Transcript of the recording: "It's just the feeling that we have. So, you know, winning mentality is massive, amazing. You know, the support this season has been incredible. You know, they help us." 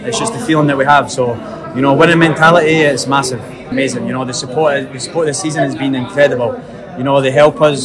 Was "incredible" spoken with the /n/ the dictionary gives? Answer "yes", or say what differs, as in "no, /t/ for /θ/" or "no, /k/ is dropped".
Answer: yes